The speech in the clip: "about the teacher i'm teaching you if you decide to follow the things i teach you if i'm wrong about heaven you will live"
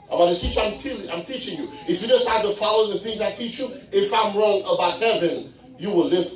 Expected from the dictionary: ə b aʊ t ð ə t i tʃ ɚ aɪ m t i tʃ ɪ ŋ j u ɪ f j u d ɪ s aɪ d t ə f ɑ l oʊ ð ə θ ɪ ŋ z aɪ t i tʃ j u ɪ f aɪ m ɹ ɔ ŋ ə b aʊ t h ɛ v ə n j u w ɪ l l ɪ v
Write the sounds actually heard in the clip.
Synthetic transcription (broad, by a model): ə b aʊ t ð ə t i tʃ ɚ aɪ m t i tʃ ɪ ŋ j u ɪ f j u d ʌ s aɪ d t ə f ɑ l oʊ ð ə θ ɪ ŋ z aɪ t i tʃ j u ɪ f aɪ m ɹ ɔ ŋ ə b aʊ t h ɛ v ə n j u w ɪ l l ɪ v